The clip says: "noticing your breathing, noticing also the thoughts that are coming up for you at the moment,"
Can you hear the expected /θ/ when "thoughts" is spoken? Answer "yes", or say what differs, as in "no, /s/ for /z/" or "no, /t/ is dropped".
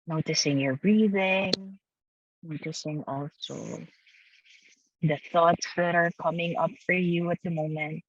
yes